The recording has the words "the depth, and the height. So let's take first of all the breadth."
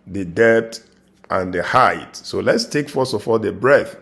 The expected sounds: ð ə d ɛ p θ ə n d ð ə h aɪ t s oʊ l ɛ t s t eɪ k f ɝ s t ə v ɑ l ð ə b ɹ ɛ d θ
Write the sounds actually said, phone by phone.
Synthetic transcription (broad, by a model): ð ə d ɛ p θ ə n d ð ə h aɪ t s oʊ l ɛ t s t eɪ k f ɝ s ə f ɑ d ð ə b ɹ ɛ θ